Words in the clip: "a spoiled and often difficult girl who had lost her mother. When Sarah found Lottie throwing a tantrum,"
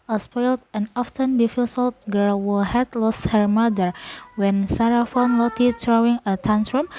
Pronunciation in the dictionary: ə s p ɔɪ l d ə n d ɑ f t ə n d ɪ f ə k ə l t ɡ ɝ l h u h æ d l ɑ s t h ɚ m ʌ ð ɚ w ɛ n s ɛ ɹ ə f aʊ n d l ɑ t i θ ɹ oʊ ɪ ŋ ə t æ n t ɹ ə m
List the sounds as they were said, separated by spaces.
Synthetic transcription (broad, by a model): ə s p ɔɪ l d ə n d ɑ f t ə n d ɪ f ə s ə l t ɡ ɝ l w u h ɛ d l ɑ s t h ɚ m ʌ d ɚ w ɛ n s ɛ ɹ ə f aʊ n l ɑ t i t ɹ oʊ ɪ ŋ ə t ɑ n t ɹ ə m